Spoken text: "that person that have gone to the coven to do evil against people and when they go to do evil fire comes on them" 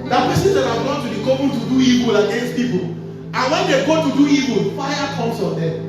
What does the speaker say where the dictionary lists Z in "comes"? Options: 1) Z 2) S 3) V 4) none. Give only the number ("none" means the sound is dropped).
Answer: 2